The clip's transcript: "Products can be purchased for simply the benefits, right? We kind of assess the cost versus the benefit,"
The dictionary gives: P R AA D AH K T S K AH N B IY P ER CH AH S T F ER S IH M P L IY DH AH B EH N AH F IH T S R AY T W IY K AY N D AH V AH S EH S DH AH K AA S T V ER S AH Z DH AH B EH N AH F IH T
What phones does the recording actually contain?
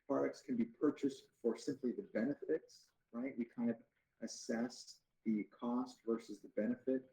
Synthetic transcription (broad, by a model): P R AA D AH K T S K AH N B IY P ER CH AH S T F ER S IH M P L IY DH AH B EH N AH F IH T S R AY T W IY K AY N D AH V AH S EH S DH AH K AA S T V ER S AH Z DH AH B EH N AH F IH T